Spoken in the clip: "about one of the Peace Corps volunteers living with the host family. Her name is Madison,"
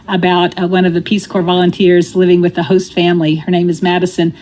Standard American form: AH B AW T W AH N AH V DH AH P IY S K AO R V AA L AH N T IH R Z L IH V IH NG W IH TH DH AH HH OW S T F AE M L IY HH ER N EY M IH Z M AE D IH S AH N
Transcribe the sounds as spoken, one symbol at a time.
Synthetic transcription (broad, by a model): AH B AW T W AH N AH V DH AH P IY S K AO R V AA L AH N T IH R Z L IH V IH NG W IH DH AH HH OW S T F AE M L IY HH ER N EY M IH Z M AE D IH S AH N